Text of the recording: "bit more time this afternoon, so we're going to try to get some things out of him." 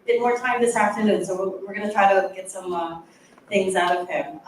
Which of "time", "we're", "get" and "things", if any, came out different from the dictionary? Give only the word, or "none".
none